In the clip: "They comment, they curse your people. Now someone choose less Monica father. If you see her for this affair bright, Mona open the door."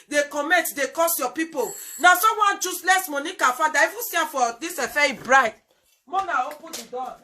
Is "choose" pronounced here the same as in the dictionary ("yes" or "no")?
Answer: no